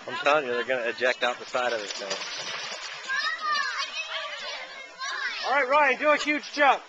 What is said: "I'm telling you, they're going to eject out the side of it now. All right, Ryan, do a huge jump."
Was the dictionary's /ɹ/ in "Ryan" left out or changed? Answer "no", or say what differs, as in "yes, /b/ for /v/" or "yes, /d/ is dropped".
no